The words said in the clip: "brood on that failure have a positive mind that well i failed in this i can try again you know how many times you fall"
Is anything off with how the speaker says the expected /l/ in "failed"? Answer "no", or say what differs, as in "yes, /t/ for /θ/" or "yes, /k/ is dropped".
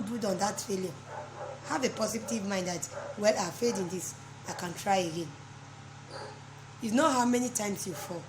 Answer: yes, /l/ is dropped